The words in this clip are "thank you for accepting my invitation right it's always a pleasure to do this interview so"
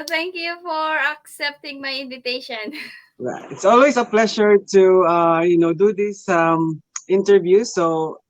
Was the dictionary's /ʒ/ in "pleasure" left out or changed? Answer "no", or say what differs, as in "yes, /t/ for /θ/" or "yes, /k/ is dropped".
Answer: yes, /ʃ/ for /ʒ/